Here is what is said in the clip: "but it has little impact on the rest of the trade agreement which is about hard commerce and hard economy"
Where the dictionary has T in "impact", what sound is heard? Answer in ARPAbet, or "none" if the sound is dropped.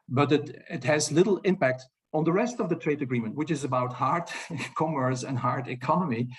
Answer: T